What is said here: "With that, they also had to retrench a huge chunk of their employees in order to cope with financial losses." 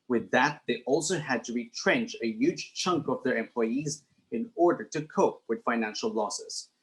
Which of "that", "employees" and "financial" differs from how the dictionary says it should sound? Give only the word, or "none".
none